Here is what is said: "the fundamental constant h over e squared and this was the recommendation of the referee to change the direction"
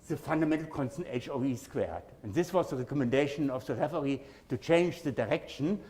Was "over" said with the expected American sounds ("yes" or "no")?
no